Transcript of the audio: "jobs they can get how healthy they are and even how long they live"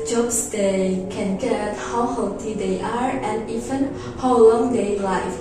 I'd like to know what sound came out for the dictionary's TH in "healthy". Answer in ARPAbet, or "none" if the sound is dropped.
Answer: T